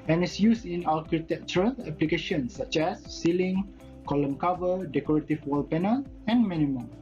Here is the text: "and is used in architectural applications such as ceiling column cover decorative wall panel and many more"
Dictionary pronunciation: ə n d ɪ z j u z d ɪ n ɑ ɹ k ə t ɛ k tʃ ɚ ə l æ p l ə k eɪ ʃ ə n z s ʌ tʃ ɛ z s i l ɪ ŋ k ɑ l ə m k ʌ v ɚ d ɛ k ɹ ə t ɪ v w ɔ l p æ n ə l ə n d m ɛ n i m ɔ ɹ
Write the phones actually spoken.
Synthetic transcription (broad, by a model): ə n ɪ s j u s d ɪ n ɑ l k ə t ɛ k tʃ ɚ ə l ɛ p l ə k eɪ ʃ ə n s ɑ tʃ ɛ s i l ɪ ŋ k ɑ l ə m k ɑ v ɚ d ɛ k ɹ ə t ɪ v w ɔ l p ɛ n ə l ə n m ɛ n i m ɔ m